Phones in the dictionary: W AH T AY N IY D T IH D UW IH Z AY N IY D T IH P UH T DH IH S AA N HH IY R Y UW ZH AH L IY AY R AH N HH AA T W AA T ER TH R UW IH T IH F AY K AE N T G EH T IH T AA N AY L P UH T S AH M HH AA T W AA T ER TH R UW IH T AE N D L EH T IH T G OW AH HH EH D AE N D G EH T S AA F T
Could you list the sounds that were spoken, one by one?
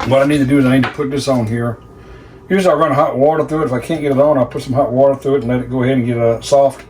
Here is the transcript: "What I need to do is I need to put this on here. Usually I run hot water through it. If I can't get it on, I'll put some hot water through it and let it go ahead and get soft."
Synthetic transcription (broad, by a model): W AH T AY N IY D T IH D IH IH Z AY N IY D T IH P UH T DH IH S N HH IY R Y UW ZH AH IY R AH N HH AA T W AA T ER TH R UW IH T IH F AY K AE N G EH T IH T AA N AY L P UH T S AH M HH AA T W AA T ER TH R UW IH T N L EH T IH T G OW AH HH EH D N G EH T S AA F T